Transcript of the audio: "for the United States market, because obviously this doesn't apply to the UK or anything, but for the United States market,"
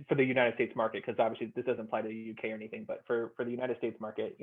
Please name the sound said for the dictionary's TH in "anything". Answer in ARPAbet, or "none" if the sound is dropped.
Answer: TH